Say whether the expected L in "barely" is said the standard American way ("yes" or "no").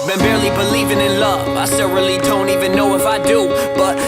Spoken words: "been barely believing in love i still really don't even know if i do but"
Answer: yes